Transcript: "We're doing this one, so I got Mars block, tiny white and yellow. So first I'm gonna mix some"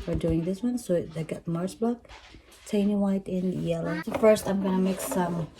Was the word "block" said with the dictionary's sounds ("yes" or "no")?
no